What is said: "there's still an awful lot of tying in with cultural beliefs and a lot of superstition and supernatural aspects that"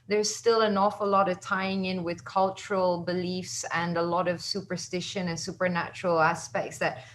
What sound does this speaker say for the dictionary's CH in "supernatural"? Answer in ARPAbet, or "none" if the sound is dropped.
CH